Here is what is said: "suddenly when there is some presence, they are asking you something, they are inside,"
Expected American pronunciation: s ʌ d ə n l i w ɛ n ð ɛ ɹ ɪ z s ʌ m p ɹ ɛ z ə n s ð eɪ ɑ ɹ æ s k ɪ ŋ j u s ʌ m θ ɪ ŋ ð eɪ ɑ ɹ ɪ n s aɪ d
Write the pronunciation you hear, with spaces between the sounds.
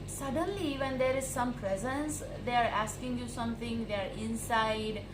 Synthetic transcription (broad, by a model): s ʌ d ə n l i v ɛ n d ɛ ɹ ɪ z s ʌ m p ɹ ɛ z ə n s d eɪ ɑ ɹ æ s k ɪ ŋ j u s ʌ m t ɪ ŋ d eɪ ɑ ɹ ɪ n s aɪ d